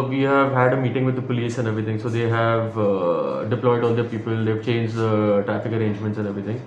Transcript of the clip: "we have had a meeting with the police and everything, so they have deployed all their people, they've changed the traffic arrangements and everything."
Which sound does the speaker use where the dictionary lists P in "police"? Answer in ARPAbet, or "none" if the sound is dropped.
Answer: P